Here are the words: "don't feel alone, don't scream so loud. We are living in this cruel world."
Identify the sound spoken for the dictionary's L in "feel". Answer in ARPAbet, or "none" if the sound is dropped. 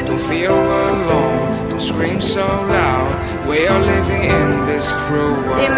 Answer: W